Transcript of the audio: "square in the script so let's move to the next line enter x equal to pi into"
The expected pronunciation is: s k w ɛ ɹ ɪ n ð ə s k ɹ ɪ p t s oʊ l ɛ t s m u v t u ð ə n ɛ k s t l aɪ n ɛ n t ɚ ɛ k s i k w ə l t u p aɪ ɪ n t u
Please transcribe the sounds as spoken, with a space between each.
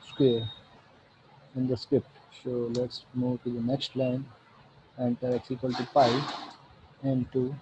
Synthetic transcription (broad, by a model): s k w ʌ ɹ ɪ n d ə s k ɹ ɪ p t s oʊ l ɛ t s m u v t u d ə n ɛ k s t l aɪ n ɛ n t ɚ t s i k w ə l t u p aɪ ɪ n t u